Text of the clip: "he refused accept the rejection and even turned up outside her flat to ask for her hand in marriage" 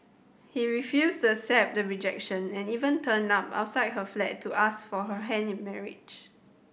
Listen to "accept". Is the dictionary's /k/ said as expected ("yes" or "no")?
no